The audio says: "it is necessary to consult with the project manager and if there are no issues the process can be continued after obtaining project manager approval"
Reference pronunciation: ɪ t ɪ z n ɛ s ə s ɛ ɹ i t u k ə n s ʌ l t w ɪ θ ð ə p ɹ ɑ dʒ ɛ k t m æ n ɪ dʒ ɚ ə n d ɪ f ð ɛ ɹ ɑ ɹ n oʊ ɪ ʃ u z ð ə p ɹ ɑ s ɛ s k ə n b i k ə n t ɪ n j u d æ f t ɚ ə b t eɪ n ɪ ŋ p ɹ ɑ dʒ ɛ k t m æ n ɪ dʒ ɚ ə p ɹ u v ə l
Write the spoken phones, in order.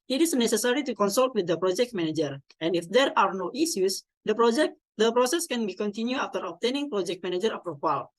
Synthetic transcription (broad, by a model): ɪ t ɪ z n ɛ s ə s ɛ ɹ i t u k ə n s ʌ l t w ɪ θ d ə p ɹ ɑ dʒ ɛ k t m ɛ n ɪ dʒ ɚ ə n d ɪ f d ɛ ɹ ɑ ɹ n oʊ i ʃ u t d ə p ɹ ɑ s ɛ s k ə n b i k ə n t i n j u ɑ f t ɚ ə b t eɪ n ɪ ŋ p ɹ ɑ dʒ ɛ k t m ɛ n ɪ dʒ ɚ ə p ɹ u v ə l